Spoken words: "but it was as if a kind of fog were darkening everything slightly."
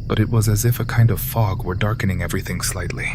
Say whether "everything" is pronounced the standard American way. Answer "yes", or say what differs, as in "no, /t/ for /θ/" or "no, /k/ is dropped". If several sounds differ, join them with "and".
yes